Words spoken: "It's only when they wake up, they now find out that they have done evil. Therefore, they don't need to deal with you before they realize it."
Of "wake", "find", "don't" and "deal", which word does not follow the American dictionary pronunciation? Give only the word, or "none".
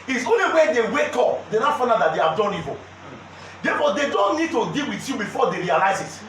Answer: find